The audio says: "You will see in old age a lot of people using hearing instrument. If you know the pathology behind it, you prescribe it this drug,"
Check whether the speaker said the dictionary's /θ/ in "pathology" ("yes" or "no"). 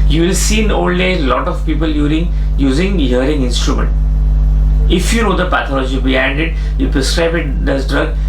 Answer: no